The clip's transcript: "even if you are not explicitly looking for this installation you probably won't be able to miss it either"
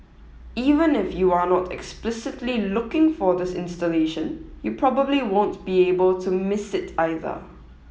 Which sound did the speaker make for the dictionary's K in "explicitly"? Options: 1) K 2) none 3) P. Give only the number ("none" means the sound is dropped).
1